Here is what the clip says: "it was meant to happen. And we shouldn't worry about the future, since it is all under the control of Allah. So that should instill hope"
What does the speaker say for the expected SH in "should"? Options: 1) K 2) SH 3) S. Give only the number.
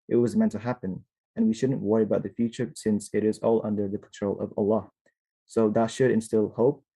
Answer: 2